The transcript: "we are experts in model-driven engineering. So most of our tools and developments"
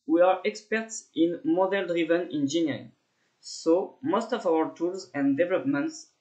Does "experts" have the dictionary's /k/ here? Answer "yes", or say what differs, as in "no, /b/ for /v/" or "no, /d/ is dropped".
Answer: yes